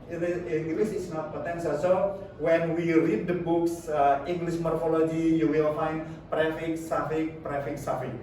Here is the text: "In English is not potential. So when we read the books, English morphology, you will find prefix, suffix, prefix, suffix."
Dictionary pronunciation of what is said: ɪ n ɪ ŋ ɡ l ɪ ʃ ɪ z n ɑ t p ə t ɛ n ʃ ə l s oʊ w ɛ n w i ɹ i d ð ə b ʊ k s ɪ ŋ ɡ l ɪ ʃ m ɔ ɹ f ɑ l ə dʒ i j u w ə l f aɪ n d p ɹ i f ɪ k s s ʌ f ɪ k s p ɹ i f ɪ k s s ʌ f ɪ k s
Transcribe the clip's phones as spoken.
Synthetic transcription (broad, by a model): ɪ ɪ ŋ ɡ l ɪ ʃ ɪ s n ɑ t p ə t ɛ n s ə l s oʊ w ɛ n w i ɹ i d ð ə b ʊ k s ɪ ŋ ɡ l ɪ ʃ m ɔ ɹ f ɑ l ə dʒ i j u w ə l f aɪ n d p ɹ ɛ f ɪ k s s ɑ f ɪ k p ɹ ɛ f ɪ k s s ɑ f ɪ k